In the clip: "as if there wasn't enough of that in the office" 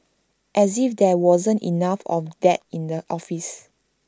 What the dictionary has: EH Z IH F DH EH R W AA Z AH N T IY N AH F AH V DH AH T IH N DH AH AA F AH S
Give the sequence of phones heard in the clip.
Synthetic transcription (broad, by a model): EH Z IH F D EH W AA Z AH N T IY N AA F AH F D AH T IH N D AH AA F AH S